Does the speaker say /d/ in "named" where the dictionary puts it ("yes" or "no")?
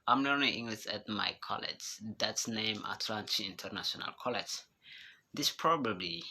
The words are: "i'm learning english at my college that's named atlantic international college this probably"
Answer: no